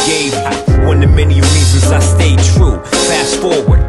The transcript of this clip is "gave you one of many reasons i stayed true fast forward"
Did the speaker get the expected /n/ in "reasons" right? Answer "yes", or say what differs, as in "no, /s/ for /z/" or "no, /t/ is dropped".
no, /n/ is dropped